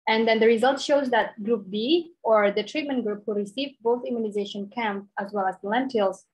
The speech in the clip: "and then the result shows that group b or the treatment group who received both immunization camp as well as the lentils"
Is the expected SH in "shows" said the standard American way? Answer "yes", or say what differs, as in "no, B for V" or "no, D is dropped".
yes